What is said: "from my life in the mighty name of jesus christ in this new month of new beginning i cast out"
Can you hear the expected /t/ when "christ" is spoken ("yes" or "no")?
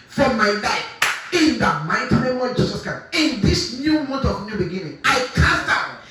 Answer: no